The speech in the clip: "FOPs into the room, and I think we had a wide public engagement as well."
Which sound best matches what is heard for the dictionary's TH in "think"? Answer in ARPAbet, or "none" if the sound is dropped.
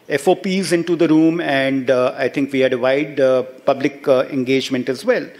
T